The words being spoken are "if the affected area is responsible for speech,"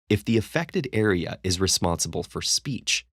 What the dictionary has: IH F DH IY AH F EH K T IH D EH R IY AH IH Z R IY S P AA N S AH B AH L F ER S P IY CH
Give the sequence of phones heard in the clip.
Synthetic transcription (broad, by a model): IH F DH IY AH F EH K T IH D EH R IY AH IH Z R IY S P AA N S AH B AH L F ER S P IY CH